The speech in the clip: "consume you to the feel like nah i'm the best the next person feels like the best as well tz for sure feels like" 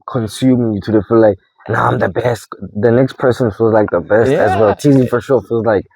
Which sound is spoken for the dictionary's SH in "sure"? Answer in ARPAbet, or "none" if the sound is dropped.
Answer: SH